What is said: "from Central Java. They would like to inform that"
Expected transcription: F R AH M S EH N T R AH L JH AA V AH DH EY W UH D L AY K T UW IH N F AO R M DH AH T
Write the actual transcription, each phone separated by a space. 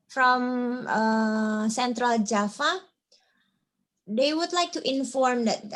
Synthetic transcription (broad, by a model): F R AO M S EH N T R AH L JH AA F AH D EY W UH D L AY K T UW IH N F AO R M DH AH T